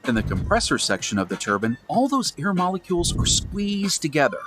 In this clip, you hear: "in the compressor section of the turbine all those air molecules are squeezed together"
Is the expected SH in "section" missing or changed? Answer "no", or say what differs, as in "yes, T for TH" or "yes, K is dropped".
no